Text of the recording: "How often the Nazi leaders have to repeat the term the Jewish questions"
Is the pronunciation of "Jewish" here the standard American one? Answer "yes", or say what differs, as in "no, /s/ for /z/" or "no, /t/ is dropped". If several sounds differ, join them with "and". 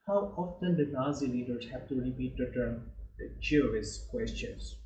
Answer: no, /s/ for /ʃ/